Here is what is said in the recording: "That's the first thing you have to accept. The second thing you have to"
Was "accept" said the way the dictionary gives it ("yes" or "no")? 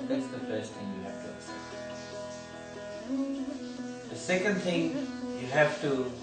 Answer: no